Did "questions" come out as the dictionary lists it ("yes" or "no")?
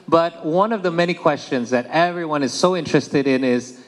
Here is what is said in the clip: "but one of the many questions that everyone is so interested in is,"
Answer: yes